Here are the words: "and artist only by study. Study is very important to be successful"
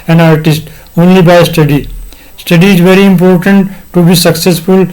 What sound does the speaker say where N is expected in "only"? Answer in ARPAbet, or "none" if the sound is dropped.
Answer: N